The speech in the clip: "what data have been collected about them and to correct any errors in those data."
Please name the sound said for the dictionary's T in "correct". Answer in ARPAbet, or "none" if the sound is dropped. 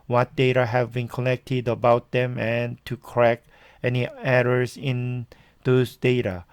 none